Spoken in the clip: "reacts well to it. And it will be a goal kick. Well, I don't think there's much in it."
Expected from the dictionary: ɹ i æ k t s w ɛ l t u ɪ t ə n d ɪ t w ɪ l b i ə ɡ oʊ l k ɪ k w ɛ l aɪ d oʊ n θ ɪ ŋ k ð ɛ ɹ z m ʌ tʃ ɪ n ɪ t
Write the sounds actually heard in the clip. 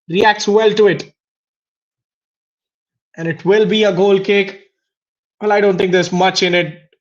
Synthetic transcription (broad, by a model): ɹ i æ k t s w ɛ l t u ɪ t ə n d ɪ t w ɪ l b i ə ɡ oʊ l k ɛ k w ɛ l aɪ d oʊ n t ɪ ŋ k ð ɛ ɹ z m ʌ tʃ ɪ n ɪ t